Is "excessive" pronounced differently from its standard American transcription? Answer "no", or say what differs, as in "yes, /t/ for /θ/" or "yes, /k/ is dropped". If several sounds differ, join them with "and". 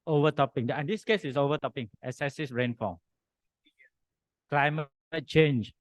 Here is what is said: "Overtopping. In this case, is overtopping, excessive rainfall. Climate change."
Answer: yes, /k/ is dropped